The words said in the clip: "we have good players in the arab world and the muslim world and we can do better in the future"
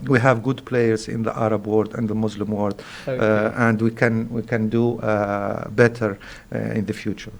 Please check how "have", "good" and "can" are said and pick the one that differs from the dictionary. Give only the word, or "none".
none